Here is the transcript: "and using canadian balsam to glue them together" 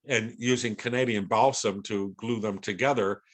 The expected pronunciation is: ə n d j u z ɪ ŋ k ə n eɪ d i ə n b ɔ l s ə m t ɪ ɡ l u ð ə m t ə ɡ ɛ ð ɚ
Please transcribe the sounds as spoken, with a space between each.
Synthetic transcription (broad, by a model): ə n j u z ɪ ŋ k ə n eɪ d i ə n b ɔ l s ə m t ɪ ɡ l u ð ə m t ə ɡ ɛ ð ɚ